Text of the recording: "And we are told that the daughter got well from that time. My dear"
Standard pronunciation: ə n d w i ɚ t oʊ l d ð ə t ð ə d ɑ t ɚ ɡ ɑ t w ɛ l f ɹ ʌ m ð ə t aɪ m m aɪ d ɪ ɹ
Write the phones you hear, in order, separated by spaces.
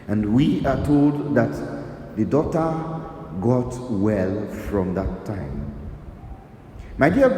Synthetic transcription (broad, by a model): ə n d w i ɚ t oʊ l d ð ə t ð ə d ɑ t ɚ ɡ ɑ t w ɛ l f ɹ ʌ m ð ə t aɪ m m aɪ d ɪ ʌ